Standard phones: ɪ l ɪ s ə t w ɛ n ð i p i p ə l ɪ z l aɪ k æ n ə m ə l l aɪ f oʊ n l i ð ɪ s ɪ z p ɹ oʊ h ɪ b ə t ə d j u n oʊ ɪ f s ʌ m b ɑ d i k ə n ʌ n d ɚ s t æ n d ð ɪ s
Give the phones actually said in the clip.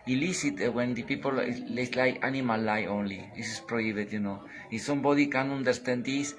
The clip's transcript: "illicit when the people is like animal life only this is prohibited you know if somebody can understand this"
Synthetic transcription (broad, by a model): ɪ l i s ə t w ɛ n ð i p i p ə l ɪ s l aɪ k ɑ n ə m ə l l aɪ oʊ n l i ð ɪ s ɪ s p ɹ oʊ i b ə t j u n oʊ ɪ s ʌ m b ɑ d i k ə n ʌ n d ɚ s t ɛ n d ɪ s